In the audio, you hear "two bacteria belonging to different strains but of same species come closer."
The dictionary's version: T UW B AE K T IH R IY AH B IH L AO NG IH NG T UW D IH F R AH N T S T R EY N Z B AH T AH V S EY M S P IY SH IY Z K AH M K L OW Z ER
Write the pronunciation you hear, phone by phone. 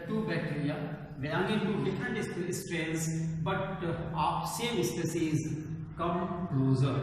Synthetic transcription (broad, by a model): T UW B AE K T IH R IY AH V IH AO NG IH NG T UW D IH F R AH N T S T R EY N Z B AH T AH F S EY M S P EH S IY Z K AH M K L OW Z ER